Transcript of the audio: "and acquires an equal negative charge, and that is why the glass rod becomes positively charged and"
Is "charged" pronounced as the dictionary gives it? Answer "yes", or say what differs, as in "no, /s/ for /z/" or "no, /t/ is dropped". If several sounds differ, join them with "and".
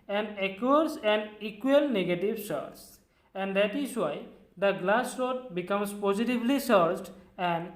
no, /s/ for /tʃ/